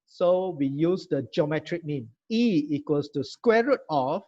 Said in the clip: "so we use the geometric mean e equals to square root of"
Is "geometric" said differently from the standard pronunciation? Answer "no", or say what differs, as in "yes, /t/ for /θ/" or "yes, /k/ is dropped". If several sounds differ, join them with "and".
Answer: no